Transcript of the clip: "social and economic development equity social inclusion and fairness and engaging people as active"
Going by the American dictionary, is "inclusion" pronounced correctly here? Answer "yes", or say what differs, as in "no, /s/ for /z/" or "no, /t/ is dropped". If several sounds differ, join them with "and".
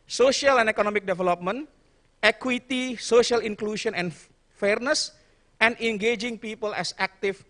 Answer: no, /ʃ/ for /ʒ/